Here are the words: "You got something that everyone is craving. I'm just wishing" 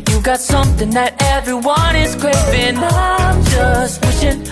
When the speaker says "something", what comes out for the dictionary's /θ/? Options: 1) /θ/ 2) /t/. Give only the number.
1